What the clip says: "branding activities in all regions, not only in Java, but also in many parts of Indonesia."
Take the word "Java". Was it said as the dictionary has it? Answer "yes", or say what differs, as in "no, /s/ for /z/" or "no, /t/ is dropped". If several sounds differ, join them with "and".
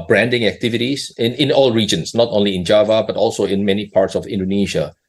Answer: yes